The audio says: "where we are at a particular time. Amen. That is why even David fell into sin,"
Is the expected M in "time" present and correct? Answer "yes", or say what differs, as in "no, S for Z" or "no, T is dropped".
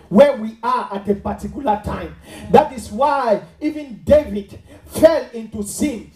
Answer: no, M is dropped